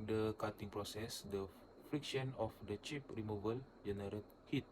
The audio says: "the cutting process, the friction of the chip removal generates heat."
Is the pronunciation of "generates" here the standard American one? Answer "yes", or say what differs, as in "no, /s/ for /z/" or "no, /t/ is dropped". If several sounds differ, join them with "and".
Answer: no, /s/ is dropped